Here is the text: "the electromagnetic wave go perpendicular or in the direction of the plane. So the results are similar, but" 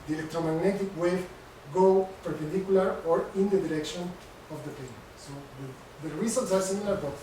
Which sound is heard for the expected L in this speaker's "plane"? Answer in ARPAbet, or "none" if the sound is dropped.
none